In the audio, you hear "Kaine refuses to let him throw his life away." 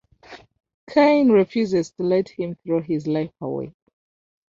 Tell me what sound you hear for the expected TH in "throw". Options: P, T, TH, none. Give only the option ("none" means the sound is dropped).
TH